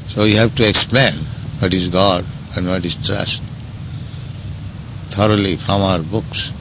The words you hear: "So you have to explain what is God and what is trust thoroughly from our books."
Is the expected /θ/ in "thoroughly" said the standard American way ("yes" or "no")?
no